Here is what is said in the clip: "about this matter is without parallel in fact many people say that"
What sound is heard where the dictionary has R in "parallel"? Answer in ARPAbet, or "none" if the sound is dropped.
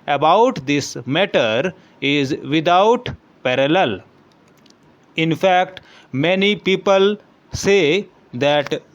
R